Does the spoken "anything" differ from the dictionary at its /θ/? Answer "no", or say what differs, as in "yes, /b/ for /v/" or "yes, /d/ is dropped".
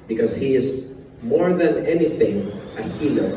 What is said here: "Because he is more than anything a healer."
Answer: no